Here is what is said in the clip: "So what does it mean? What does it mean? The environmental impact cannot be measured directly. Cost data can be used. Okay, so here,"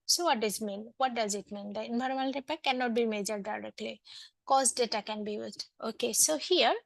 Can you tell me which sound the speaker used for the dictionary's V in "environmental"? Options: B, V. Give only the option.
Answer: B